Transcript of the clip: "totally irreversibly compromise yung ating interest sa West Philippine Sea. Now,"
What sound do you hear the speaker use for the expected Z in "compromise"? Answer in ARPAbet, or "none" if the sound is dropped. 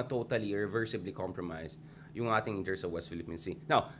S